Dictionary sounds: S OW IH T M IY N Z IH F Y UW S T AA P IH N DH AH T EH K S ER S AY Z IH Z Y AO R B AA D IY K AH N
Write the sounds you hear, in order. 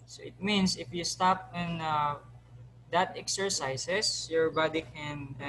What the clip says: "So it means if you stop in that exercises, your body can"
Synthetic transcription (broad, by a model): S OW IH T M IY N S IH F Y UW S T AA P IH N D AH T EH K S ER S AY S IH S Y AO R B AA D IY K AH N